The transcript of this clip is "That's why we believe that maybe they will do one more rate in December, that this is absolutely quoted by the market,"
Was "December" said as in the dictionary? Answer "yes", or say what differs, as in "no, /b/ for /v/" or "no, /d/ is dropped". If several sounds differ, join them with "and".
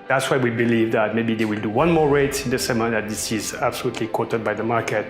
no, /b/ is dropped